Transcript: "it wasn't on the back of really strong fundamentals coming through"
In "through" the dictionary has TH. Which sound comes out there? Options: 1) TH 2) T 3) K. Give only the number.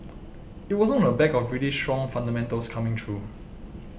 2